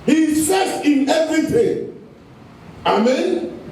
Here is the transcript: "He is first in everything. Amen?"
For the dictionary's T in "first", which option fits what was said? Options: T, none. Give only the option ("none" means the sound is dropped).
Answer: none